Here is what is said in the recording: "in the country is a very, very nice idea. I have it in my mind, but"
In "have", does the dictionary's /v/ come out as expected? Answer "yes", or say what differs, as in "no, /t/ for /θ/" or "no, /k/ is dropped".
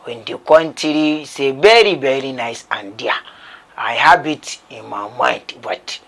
no, /b/ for /v/